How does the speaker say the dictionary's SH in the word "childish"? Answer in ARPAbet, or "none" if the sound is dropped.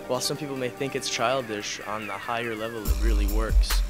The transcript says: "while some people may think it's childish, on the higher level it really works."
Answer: SH